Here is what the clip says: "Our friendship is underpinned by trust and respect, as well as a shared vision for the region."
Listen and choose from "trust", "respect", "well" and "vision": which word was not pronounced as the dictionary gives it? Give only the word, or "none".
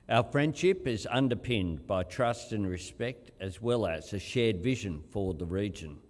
none